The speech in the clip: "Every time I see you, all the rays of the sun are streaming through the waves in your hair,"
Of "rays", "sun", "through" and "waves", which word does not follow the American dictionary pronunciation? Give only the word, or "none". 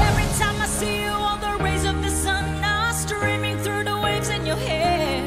none